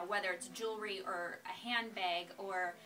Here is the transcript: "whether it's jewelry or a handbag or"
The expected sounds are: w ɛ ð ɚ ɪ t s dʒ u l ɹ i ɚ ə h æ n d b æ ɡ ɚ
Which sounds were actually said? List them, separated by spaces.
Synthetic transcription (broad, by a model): w ɛ ð ɚ ɪ t s dʒ u l ɹ i ɚ ə h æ n b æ ɡ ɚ